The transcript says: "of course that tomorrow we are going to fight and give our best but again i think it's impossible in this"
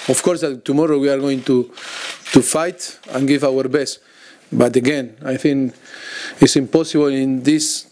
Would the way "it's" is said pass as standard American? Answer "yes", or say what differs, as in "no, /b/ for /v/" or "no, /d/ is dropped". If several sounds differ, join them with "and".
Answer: yes